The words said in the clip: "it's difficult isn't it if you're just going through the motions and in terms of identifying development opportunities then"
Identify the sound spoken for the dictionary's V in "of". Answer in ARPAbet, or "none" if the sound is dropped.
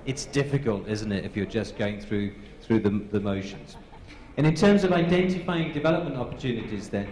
V